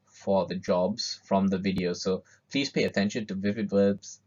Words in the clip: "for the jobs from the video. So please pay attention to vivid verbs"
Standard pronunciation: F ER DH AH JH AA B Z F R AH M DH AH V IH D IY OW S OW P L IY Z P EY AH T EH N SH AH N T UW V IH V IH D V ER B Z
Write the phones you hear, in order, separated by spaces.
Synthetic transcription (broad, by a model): F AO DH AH JH AA B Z F R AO M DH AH V IH D IY OW S OW P L IY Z P EY AH T EH N SH AH N T UW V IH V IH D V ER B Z